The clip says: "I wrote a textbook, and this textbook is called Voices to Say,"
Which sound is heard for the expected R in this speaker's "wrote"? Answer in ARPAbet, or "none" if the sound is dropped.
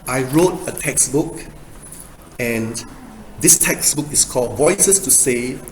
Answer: R